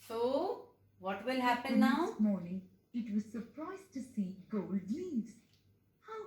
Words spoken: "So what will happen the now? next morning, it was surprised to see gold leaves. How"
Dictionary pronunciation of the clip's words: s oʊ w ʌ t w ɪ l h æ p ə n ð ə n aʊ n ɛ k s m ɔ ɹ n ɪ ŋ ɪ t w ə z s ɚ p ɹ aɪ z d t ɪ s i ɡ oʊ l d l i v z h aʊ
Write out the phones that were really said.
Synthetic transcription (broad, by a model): s oʊ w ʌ t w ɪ l h æ p ə n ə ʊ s m ɔ ɹ n ɪ ŋ ɪ t w ə z s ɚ p ɹ aɪ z t ɪ s i ɡ oʊ l d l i z h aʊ